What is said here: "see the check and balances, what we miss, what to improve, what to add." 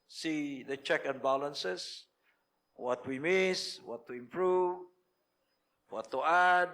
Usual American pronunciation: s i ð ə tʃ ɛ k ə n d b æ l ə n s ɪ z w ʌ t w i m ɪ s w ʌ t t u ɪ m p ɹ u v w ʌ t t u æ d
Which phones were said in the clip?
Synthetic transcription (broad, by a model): s i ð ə tʃ ɛ k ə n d b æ l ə n s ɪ s w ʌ t w i m ɪ s w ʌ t t u ɪ m p ɹ u v w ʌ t t u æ d